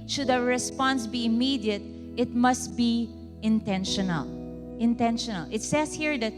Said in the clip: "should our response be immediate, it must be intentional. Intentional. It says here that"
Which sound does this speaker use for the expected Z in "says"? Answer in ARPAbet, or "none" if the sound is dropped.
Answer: S